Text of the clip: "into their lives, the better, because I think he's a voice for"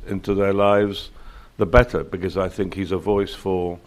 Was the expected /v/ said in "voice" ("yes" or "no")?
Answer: yes